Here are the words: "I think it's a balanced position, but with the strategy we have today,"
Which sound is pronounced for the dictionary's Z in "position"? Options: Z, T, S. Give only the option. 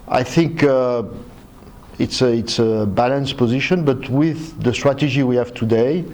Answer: Z